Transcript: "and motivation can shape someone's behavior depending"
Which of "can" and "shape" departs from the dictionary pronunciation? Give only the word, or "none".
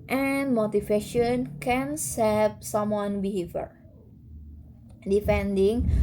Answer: shape